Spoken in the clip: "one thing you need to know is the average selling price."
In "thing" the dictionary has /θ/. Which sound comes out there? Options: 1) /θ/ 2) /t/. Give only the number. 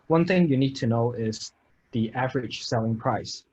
1